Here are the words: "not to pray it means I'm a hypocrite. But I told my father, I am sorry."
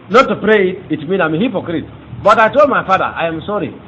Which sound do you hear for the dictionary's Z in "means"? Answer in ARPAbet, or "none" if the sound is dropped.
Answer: none